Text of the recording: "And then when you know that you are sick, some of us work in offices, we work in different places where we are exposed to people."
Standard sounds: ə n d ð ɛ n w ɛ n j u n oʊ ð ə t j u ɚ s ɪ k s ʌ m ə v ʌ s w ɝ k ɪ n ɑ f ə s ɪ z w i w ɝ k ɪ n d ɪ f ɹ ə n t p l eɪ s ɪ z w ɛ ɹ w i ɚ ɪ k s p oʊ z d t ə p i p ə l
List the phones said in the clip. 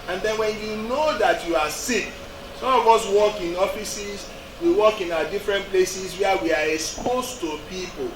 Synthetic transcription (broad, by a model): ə n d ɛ n w ɛ n j u n oʊ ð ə t j u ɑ s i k s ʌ m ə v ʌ s w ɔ k ɪ n ɑ f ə s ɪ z w i w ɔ k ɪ n d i f ɹ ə n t p l eɪ s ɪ s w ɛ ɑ w i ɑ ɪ k s p oʊ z t ə p i p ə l